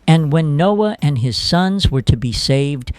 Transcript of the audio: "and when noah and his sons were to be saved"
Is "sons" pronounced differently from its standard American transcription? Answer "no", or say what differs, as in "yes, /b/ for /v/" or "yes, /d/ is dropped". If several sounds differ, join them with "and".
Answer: no